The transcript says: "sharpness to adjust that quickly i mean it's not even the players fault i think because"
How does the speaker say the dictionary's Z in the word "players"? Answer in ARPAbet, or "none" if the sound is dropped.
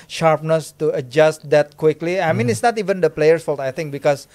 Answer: none